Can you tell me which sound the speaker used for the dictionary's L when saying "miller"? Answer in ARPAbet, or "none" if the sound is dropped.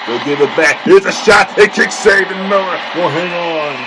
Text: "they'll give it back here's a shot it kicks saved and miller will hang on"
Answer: none